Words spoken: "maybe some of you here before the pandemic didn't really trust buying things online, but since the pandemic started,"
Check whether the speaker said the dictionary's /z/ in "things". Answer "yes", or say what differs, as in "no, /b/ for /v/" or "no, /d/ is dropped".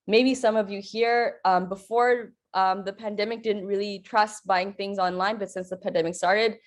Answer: yes